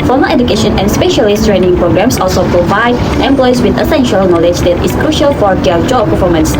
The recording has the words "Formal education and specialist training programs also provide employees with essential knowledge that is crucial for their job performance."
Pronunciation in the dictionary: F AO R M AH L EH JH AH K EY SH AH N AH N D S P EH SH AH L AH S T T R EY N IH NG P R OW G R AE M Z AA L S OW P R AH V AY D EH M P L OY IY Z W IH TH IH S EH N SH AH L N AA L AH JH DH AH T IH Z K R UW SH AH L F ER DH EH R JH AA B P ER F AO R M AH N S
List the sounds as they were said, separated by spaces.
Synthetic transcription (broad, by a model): F AO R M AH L EH JH AH K EY SH AH N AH N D S P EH SH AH L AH S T T R EY N IH NG P R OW G R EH M S AA L S OW P R AH V AY D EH M P L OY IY S W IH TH IH S EH N SH AH L N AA L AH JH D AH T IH S K R UW SH AH L F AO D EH JH AA B P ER F AO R M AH N S